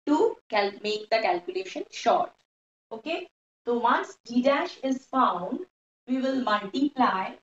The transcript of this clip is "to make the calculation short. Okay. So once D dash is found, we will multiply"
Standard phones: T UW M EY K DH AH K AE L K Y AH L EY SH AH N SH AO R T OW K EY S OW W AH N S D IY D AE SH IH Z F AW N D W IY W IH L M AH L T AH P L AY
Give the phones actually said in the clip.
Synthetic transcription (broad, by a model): T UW M EY K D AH K AE L K Y AH L EY SH AH N SH AO R T OW K EY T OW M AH S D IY D AE SH IH Z F AW N D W IY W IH L M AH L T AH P L AY